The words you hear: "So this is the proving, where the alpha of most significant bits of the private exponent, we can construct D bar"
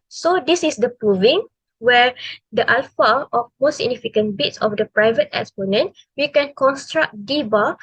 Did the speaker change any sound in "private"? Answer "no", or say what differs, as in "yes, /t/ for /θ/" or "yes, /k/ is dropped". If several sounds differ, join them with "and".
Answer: no